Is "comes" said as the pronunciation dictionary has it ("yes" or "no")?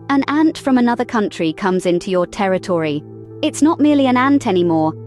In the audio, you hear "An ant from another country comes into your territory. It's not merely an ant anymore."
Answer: yes